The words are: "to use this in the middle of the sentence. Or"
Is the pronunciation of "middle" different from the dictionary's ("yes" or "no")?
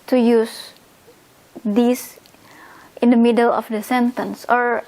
no